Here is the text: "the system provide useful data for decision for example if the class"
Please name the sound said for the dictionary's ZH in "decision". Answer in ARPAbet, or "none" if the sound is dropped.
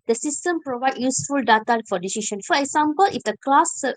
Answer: SH